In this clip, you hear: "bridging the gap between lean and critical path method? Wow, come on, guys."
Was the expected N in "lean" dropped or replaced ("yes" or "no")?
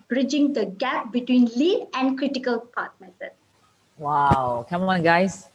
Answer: yes